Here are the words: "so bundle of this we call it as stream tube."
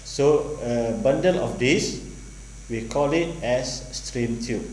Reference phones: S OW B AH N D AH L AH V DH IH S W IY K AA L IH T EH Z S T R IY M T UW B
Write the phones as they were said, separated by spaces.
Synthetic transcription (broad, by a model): S OW B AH N D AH L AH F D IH S W IY K AA L IH T EH S T R IY M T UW